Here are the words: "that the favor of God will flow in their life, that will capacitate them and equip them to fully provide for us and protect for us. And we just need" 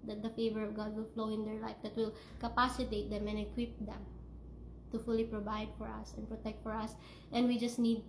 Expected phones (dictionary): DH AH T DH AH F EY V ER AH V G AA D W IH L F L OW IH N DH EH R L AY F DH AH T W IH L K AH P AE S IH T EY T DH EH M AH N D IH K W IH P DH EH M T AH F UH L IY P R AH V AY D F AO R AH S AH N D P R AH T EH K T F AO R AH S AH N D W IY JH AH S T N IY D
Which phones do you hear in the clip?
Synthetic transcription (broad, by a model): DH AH T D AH F EY V ER AH V G AA D W IH L F L OW IH N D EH R L AY F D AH T W IH L K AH P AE S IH T EY T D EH M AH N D IH K W IH P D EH M T AH F UH L IY P R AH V AY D F AO R AH S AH N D P R AH T EH K T F AO R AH S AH N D W IY JH AH S T N IY D